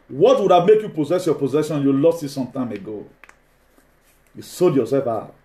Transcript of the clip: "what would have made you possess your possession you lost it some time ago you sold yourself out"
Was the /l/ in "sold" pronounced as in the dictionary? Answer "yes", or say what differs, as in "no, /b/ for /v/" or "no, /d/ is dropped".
no, /l/ is dropped